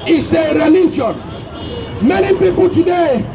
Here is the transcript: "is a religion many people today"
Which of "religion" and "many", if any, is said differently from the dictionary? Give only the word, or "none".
religion